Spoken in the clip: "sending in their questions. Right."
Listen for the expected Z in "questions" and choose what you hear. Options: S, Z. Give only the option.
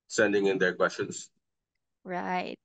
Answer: S